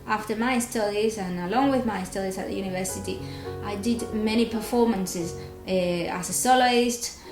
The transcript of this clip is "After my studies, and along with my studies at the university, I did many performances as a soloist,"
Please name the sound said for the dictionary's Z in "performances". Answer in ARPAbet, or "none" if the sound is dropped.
Z